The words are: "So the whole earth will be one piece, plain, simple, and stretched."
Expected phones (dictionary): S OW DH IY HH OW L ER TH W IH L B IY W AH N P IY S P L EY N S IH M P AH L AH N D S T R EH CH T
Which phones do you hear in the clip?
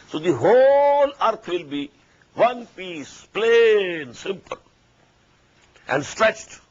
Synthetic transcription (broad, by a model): S OW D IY HH OW L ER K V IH L B IY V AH N P IY S P L EY N S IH M P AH L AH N D S T R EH CH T